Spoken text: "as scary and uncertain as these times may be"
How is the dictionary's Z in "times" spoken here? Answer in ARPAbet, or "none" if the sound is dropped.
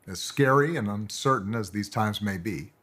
Z